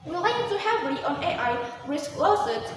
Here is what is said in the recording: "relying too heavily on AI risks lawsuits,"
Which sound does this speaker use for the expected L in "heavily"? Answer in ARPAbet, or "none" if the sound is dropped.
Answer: none